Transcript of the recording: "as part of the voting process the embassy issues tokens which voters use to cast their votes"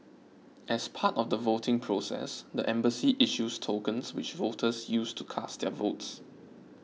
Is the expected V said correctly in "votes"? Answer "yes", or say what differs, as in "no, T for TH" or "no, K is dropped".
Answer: yes